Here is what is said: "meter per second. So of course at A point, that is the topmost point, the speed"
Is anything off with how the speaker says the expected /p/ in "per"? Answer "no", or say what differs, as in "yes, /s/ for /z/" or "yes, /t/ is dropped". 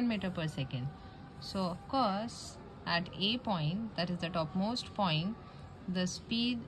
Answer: no